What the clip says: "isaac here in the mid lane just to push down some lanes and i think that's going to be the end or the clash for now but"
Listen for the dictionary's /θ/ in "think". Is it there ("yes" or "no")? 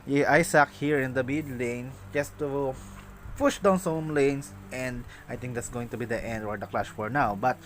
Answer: no